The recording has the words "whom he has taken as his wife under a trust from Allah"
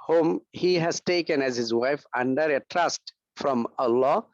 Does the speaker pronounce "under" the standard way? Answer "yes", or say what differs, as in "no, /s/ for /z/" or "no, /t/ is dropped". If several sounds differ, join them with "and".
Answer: yes